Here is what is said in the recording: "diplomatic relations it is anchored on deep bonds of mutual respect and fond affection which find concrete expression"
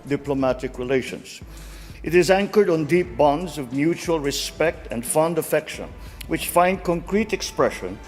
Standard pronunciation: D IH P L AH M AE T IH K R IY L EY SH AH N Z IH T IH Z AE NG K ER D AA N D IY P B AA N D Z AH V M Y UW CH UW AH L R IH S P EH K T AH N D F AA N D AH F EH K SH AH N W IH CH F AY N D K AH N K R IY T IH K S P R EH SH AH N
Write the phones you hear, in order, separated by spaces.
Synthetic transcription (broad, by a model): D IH P L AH M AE T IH K R IY L EY SH AH N Z IH T IH Z AE NG K ER D N D IY P B AA N D Z AH V M Y UW CH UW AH L R IH S P EH K T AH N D F AA N D AH F EH K SH AH N W IH CH F AY N D K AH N K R IY T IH K S P R EH SH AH N